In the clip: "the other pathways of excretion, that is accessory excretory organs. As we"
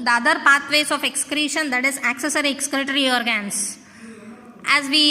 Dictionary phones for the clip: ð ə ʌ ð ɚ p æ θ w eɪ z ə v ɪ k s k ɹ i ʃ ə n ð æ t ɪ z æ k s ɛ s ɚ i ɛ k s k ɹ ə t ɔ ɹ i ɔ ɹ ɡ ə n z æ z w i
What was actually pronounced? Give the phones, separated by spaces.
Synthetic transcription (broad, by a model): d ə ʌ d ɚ p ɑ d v eɪ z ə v ɪ k s k ɹ i ʃ ə n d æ t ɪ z æ k s ɛ s ɚ i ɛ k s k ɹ t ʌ ɹ i ɔ ɹ ɡ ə n s æ z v i